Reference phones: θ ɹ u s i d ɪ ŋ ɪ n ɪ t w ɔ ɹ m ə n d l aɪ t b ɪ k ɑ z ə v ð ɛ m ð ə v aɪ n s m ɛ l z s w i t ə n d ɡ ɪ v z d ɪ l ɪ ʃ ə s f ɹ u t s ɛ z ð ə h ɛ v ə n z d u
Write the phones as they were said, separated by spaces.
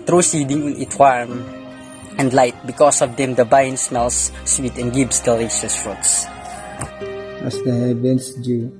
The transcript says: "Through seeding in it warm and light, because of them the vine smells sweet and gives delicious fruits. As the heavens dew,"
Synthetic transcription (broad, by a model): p ɹ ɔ s i d ɪ ŋ ɪ n ɪ t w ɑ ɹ m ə n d l aɪ t b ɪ k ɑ s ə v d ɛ m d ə b aɪ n s m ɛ l s w i t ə n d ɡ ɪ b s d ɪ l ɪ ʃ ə s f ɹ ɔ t s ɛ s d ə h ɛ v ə n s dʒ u